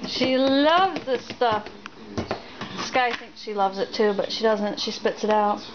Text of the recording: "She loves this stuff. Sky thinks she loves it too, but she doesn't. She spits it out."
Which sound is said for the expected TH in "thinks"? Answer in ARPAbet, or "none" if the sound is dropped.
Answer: TH